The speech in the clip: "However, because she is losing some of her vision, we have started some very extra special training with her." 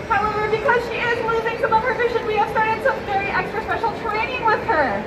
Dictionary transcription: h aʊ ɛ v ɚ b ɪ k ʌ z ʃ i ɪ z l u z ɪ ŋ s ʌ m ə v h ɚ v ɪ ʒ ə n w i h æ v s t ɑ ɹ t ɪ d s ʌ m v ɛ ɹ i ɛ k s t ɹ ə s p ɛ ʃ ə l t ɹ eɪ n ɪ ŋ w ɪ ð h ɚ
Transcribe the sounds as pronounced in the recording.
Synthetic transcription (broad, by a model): h aʊ ɛ v ɚ b ɪ k ʌ z ʃ i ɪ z n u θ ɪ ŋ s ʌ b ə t h ɚ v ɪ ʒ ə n w i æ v s t ɑ ɹ t ɪ d s ʌ m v ɛ ɹ i ɛ k s t ɹ ə s p ɛ ʃ l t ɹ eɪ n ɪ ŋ w ɪ ð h ɚ